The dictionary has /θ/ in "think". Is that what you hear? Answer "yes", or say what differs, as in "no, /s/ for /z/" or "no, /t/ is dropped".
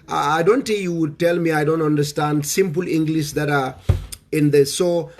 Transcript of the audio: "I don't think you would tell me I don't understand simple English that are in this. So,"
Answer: no, /t/ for /θ/